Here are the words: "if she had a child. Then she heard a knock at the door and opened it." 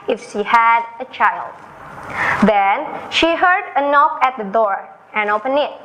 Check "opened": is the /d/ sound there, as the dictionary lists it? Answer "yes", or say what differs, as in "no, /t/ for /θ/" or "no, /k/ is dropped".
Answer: no, /d/ is dropped